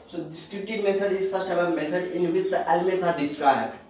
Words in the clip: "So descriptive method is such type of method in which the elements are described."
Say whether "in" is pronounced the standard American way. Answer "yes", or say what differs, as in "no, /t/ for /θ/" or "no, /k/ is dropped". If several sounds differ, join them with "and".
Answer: yes